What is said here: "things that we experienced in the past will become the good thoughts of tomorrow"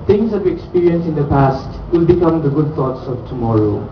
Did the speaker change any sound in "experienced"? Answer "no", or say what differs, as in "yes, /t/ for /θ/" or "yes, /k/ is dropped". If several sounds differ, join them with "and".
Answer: yes, /t/ is dropped